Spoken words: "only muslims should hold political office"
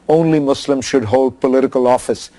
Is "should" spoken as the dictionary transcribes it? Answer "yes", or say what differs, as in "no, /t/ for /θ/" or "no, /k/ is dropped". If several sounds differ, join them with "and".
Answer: yes